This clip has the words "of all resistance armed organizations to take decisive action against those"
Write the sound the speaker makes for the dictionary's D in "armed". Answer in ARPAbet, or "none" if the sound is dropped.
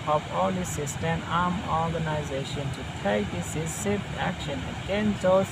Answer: none